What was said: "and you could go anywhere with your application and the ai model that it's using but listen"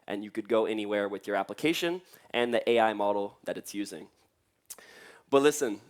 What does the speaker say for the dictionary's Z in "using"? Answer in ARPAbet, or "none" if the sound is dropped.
Z